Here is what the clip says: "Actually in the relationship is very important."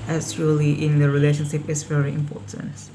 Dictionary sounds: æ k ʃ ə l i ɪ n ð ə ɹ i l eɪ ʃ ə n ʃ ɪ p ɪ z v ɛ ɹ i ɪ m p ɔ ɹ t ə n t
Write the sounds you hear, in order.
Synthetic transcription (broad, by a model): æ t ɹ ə l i ɪ n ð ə ɹ i l eɪ ʃ ə n ʃ ɪ p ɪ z v ɛ ɹ i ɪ m p ɔ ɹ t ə n t